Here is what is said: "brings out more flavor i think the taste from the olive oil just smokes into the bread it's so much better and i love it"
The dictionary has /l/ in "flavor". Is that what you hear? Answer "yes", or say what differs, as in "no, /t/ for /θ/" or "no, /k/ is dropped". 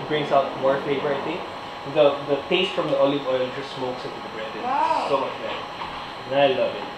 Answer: no, /l/ is dropped